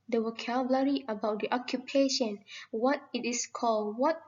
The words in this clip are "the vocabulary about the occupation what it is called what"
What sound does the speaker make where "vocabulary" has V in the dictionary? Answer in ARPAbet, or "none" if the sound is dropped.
W